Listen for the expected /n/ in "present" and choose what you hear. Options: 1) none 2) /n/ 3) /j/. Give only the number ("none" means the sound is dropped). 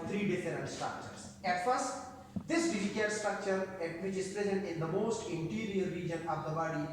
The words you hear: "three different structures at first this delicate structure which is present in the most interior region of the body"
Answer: 2